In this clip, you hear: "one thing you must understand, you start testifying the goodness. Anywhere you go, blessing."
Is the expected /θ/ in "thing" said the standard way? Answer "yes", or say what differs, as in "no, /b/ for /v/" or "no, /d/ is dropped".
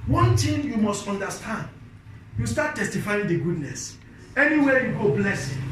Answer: no, /t/ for /θ/